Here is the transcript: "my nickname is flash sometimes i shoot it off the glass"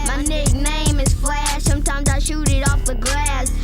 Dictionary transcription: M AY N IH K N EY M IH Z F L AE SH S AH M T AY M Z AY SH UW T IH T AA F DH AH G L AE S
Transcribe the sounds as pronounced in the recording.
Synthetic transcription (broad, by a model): M AY N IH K N EY M IH Z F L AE S AH M T AY M Z AY SH UW T IH T AA F DH AH G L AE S